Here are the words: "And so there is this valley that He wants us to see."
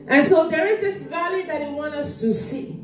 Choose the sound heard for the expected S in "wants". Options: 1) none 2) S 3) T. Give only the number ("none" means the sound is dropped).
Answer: 1